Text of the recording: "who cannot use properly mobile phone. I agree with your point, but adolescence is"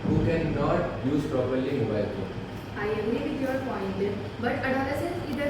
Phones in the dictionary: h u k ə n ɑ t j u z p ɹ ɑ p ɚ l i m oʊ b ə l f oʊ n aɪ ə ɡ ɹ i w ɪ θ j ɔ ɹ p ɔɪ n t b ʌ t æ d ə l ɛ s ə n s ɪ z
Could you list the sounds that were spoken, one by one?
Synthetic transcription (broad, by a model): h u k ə n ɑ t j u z p ɹ ɑ p ɚ l i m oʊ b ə l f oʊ aɪ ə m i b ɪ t j ɔ ɹ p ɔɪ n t b ʌ t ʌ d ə l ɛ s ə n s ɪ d